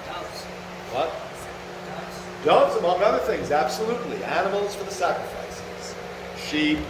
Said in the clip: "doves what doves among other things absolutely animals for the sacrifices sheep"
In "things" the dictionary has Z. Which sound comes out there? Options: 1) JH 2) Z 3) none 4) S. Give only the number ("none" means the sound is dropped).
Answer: 2